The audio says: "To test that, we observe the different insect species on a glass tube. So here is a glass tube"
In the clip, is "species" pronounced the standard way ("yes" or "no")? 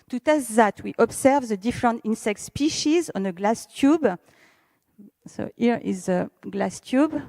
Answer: yes